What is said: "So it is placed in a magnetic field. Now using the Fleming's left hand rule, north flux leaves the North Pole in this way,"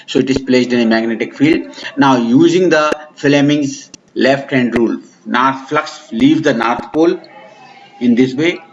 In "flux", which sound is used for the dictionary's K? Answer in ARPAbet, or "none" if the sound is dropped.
K